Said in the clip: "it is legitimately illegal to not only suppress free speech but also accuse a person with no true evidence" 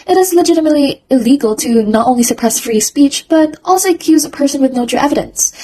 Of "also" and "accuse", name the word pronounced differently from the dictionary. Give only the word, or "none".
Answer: none